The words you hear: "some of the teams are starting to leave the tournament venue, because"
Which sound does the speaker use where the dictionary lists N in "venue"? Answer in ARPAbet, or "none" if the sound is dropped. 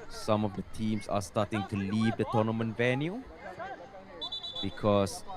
N